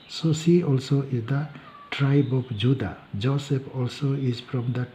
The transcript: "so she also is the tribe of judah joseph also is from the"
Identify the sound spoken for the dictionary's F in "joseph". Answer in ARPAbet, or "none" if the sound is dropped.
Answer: P